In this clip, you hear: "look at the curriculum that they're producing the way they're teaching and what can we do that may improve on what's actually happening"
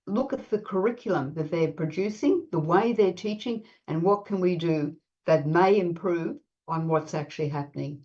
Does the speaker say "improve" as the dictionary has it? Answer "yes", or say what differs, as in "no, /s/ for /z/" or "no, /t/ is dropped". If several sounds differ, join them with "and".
yes